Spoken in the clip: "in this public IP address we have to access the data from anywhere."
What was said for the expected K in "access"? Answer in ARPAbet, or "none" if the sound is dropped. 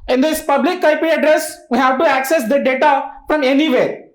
K